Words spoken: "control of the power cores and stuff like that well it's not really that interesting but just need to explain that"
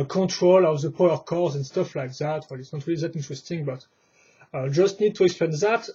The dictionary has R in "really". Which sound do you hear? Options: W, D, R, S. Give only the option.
R